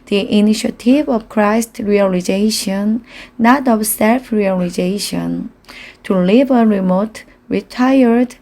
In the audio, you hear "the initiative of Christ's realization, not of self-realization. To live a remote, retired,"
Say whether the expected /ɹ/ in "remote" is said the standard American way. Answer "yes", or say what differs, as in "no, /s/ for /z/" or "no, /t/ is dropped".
yes